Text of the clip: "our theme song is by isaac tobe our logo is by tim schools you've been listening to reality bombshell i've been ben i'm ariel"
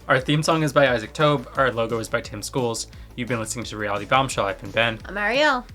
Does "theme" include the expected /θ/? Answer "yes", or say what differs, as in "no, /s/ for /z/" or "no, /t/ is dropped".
yes